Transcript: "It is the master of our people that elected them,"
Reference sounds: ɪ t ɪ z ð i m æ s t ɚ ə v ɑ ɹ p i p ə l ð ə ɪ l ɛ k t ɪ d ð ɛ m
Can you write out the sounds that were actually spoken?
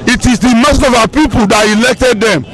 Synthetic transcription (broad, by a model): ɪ t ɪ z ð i m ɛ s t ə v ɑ p i p ə l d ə ɪ l ɛ k t ɪ d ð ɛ m